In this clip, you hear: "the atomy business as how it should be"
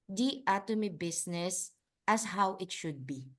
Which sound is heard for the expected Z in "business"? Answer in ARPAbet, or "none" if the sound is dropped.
S